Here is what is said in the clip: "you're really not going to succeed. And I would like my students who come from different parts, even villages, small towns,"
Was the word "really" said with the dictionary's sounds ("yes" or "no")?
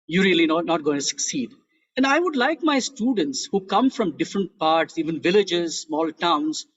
no